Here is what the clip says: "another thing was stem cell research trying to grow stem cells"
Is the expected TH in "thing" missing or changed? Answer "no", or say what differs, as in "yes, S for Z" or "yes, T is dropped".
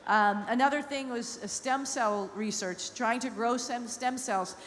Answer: no